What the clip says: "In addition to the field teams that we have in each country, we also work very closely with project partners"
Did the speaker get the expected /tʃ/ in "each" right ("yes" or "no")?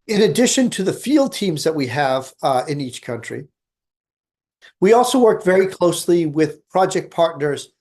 yes